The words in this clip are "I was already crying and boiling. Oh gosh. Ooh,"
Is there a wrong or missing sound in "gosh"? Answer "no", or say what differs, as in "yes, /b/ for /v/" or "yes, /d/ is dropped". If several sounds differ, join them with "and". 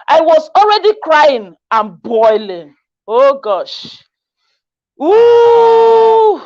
no